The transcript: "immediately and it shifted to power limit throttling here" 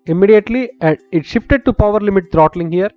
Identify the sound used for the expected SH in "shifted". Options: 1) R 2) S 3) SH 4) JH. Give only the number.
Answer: 3